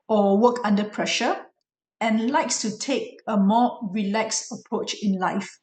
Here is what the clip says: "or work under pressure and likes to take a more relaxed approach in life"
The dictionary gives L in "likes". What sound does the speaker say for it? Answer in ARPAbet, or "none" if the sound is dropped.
L